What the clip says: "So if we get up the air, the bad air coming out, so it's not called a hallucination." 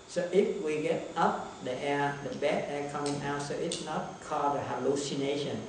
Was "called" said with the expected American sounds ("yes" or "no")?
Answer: no